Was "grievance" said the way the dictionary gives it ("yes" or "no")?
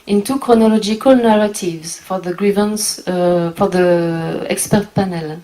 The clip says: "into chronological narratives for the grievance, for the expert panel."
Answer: yes